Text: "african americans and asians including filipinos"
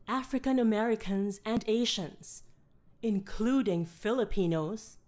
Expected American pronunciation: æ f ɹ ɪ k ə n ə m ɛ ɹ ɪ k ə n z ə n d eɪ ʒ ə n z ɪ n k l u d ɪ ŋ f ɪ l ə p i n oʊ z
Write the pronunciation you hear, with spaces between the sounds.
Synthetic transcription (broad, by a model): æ f ɹ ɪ k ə n ə m ɛ ɹ ɪ k ə n z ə n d eɪ ʃ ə n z ɪ n k l u d ɪ ŋ f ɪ l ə p i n oʊ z